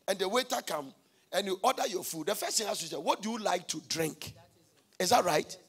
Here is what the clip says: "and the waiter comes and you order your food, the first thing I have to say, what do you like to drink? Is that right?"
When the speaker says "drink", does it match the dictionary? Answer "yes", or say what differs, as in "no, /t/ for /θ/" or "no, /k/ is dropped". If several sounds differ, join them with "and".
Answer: yes